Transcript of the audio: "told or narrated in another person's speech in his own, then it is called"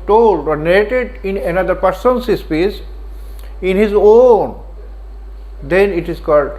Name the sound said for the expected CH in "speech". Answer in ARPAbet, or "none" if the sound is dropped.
S